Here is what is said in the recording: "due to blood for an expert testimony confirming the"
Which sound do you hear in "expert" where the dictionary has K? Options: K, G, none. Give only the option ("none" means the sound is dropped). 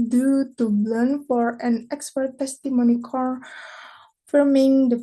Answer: K